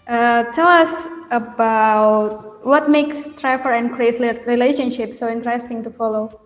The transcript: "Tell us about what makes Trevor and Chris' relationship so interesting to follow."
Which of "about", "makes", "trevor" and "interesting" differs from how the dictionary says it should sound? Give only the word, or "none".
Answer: trevor